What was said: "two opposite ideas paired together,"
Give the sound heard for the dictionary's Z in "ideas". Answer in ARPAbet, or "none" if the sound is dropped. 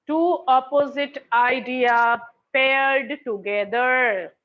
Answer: none